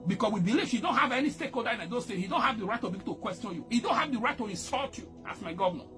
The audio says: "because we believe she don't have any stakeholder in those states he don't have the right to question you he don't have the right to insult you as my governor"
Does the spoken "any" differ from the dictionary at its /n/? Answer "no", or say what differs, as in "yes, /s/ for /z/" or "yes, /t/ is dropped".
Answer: no